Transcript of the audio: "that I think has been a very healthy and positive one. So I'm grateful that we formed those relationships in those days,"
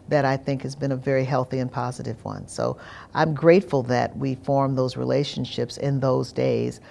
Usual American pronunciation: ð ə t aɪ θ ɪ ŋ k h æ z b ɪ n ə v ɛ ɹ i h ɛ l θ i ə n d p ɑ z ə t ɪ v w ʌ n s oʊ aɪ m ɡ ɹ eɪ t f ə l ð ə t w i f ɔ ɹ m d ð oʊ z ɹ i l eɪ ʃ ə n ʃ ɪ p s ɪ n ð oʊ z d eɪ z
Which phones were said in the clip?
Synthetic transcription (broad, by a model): ð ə t aɪ θ ɪ ŋ k h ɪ z b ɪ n ə v ɛ ɹ i h ɛ l θ i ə n p ɑ z ə t ɪ v w ʌ n s oʊ aɪ m ɡ ɹ eɪ t f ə l ð ə t w i f ɔ ɹ m ð oʊ z ɹ i l eɪ ʃ ə n ʃ ɪ p s ɪ n ð oʊ z d eɪ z